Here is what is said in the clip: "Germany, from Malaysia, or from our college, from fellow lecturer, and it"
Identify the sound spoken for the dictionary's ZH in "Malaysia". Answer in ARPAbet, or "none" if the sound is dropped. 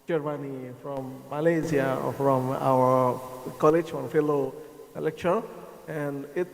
Z